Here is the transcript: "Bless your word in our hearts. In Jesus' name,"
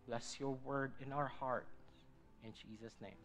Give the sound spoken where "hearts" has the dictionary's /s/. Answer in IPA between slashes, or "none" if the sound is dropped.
none